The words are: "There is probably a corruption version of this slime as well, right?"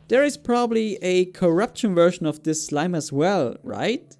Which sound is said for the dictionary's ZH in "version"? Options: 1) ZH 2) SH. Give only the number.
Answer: 2